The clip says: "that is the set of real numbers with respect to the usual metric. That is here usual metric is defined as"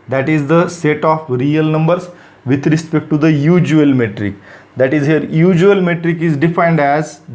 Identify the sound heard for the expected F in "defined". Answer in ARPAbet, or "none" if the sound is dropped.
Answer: F